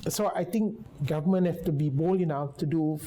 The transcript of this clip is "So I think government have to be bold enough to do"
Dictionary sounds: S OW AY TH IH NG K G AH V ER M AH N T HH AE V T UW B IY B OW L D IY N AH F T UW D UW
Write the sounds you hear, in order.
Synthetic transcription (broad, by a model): S OW AY T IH NG K G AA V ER M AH N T HH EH F T UW B IY B OW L IY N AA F T UW D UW